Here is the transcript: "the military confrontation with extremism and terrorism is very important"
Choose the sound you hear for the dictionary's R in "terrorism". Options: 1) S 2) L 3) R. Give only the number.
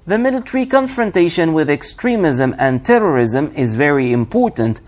3